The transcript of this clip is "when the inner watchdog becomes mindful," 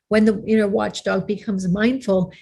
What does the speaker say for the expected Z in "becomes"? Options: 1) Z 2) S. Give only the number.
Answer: 1